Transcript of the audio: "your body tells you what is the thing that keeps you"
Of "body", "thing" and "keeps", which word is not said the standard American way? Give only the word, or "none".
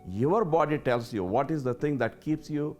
thing